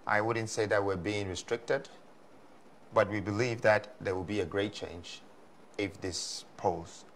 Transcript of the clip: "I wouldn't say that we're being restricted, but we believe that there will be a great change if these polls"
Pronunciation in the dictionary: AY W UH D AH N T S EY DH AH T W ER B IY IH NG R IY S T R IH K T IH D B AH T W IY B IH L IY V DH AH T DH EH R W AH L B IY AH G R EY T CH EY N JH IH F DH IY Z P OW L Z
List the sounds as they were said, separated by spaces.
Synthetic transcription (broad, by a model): AY W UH D N T S EY DH AH T W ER B IY IH NG R IY S T R IH K T IH D B AH T W IY B IH L IY V DH AH T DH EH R W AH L B IY AH G R EY T CH EY N JH IH F DH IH S P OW L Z